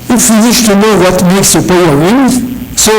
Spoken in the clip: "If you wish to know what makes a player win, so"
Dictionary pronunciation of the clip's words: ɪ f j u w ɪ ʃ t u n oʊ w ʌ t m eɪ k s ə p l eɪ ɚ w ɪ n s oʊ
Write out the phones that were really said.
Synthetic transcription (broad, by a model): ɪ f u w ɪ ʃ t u n oʊ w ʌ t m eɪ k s ə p eɪ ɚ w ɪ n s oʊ